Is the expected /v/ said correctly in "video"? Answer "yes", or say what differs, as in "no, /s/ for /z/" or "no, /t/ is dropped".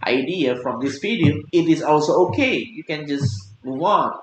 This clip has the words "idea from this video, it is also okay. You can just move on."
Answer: no, /p/ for /v/